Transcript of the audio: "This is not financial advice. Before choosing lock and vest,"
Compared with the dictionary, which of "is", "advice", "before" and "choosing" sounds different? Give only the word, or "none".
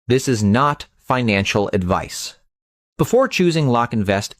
none